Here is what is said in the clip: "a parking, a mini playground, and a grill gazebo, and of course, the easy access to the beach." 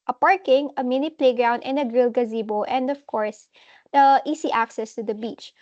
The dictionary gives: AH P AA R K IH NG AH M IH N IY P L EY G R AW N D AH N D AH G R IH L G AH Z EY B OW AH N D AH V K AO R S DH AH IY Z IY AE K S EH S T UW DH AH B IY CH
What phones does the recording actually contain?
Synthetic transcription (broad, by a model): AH P AA R K IH NG AH M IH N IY P L EY G R AW N D AH N D AH G R IH L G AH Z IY B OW AH N D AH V K AO R S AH IY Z IY AE K S EH S T UW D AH B IY CH